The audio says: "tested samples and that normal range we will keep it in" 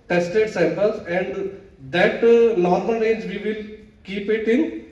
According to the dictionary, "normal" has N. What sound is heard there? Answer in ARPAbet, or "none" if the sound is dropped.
L